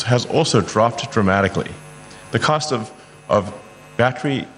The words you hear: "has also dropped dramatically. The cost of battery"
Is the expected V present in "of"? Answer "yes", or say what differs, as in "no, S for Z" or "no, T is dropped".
yes